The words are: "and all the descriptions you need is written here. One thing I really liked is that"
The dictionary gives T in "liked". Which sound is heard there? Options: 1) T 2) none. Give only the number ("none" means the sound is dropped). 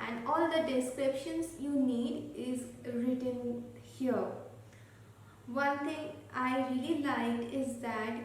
2